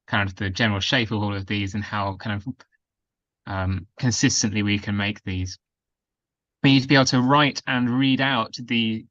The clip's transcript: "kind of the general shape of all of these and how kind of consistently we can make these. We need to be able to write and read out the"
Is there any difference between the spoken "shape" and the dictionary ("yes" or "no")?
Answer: no